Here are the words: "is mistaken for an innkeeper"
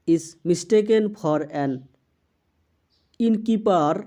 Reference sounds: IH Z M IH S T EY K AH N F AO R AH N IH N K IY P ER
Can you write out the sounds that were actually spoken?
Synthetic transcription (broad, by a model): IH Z M IH S T EY K AH N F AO R AH N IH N K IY P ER